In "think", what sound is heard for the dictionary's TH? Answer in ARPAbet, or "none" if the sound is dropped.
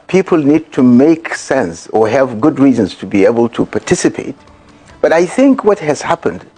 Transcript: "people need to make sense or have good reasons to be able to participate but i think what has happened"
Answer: TH